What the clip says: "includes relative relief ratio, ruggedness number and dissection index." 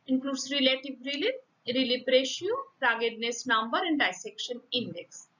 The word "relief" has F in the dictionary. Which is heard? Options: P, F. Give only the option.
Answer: P